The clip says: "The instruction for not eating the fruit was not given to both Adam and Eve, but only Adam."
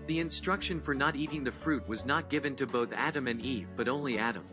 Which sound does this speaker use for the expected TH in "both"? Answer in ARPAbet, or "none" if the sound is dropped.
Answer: TH